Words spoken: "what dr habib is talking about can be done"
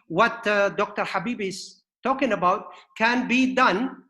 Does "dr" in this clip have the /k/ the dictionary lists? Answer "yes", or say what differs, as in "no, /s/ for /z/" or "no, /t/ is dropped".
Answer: yes